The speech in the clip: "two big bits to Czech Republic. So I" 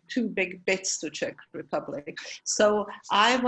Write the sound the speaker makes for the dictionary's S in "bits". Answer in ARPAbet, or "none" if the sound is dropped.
S